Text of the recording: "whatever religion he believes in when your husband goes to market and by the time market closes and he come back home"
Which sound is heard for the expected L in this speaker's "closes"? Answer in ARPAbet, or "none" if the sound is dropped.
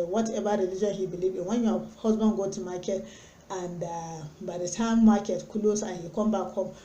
none